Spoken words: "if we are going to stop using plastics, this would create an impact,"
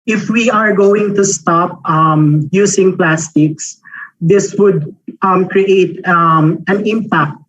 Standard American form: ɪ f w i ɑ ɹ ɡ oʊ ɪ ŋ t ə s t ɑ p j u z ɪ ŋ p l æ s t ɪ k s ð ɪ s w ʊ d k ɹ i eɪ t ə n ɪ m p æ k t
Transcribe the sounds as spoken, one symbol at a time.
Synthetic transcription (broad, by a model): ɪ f w i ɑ ɹ ɡ oʊ ɪ ŋ t ə s t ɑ p j u s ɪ ŋ p l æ s t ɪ k s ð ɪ s w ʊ d k ɹ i eɪ t ə n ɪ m p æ k t